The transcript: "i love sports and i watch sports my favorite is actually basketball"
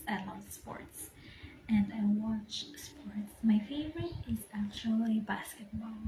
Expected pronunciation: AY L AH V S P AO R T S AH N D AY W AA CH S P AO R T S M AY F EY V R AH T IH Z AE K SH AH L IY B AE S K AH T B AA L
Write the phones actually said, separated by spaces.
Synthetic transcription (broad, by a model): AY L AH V S P AO R T S AH N D AY W AA CH S P AO R T S M AY F EY V R AH T IH Z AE K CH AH L IY B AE S K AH T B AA L